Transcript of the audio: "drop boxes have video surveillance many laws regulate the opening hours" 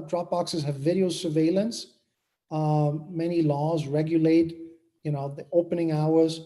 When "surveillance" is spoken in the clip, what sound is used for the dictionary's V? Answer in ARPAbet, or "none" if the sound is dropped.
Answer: V